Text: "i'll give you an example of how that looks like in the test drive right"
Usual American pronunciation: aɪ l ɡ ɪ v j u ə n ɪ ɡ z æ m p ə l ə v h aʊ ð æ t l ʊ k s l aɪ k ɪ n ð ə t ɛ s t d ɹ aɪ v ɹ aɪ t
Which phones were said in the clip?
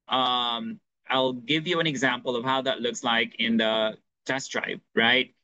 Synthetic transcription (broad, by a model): aɪ l ɡ ɪ v j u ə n ɪ ɡ z æ m p ə l ə v h aʊ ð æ t l ʊ k s l aɪ k ɪ n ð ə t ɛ s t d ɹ aɪ p ɹ aɪ t